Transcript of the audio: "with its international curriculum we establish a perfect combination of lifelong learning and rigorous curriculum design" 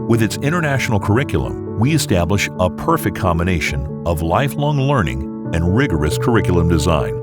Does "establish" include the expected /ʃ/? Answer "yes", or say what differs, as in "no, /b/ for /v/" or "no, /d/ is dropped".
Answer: yes